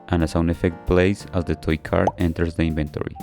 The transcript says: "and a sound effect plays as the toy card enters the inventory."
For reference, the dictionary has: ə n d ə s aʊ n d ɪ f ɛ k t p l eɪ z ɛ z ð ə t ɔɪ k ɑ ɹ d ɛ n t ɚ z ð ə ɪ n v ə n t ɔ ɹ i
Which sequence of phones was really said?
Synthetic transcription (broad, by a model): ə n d ə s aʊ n ɪ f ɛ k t p l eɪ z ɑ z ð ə t ɔɪ k ɑ ɹ d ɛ n t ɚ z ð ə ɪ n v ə n t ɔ ɹ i